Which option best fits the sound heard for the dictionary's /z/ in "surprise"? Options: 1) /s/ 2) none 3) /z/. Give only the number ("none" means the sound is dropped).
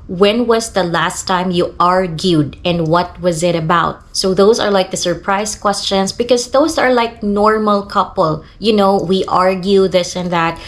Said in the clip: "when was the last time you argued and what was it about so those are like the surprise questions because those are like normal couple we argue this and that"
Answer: 1